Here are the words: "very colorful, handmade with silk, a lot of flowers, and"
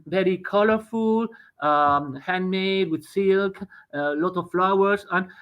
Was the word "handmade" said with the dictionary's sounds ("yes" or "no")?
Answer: yes